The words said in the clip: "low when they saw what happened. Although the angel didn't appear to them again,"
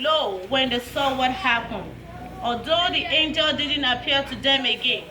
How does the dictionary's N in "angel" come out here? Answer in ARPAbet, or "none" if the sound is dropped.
N